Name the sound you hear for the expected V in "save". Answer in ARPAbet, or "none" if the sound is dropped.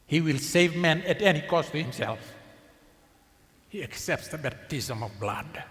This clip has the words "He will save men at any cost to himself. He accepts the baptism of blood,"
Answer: V